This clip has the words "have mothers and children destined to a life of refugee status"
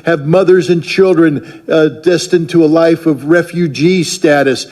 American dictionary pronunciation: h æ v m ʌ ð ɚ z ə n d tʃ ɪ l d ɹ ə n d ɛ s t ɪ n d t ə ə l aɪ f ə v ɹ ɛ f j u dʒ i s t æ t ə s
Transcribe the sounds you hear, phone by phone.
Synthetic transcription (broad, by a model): h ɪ v m ʌ ð ɚ z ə n tʃ ɪ l d ɹ ə n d ɛ s t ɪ n t ə ə l aɪ f ə v ɹ ɛ f j u dʒ i s t æ t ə s